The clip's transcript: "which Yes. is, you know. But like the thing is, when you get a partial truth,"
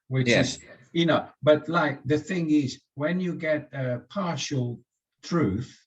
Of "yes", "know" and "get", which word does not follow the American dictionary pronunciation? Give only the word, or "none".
yes